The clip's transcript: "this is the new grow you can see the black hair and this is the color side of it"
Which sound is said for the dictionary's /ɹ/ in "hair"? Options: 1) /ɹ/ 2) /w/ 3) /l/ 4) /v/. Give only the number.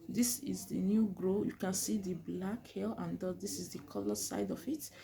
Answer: 3